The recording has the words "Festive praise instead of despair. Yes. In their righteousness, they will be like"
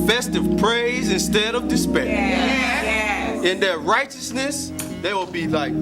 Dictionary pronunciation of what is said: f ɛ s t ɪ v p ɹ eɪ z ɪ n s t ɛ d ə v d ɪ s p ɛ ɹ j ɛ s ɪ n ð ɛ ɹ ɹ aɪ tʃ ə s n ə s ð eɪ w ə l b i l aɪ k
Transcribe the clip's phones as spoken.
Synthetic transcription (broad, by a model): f ɛ s t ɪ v p ɹ eɪ z ɪ n s t ɛ d ə v d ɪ s p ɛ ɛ ɪ n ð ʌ ɹ ɹ aɪ tʃ ə s n ə s ð eɪ w ə l b i l aɪ k